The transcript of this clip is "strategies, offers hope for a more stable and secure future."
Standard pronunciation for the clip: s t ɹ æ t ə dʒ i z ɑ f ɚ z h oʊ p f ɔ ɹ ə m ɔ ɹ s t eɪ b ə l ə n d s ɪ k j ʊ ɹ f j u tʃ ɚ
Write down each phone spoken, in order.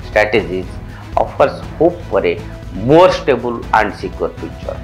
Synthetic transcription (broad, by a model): s t ɹ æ t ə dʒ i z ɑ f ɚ s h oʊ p p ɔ ɹ ə m ɔ ɹ s t eɪ b ə l ə n d s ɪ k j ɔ ɹ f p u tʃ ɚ